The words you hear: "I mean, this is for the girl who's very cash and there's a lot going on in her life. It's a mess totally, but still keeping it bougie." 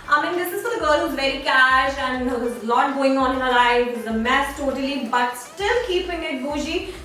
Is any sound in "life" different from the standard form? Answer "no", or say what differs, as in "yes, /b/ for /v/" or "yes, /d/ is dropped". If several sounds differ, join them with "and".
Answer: yes, /f/ is dropped